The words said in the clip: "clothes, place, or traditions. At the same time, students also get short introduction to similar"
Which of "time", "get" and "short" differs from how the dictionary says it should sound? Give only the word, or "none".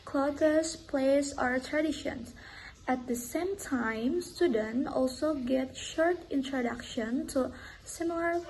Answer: none